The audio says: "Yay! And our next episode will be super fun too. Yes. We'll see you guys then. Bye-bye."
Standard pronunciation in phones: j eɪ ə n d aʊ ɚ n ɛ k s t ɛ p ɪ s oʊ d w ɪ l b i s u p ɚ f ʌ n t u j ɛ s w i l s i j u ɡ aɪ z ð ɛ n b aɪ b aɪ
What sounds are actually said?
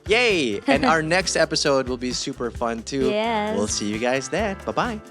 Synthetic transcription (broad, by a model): j eɪ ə n aʊ ɚ n ɛ k s t ɛ p ɪ s oʊ d w ɪ l b i s u p ɚ f ʌ n t u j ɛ w i l s i j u ɡ aɪ z ð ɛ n b aɪ b aɪ